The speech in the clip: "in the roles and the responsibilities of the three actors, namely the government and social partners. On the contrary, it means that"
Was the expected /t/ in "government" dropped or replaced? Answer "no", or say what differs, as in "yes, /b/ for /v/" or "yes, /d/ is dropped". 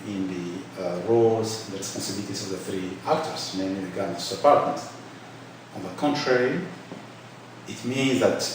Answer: yes, /t/ is dropped